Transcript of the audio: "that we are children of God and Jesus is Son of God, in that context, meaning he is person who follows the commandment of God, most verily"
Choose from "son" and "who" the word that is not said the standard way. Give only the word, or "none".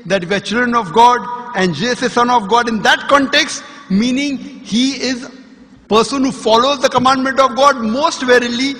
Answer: none